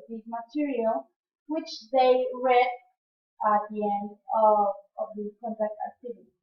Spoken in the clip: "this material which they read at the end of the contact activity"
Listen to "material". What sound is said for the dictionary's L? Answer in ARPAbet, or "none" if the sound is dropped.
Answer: L